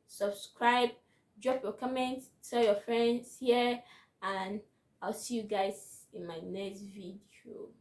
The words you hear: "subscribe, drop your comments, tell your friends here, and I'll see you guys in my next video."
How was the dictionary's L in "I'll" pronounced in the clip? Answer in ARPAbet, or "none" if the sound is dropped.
L